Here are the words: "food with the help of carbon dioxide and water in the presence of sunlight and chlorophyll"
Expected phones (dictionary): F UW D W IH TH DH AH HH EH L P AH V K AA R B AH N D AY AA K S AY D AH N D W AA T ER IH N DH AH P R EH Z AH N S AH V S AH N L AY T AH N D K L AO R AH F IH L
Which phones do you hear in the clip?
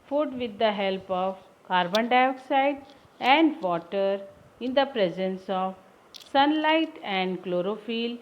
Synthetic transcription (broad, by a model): F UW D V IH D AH HH EH L P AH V K AA R B AH N D AY AA K S AY D AH N D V AA T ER IH N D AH P R EH Z AH N S AH V S AH N L AY T AH N D K L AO R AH F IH L